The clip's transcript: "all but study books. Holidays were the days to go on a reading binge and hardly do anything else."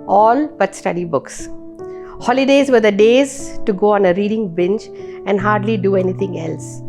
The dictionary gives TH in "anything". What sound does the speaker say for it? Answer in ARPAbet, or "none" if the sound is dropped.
T